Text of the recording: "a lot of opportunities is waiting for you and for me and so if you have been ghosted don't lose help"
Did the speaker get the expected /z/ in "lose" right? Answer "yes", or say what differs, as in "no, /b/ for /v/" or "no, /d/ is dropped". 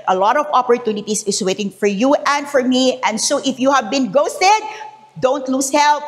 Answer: no, /s/ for /z/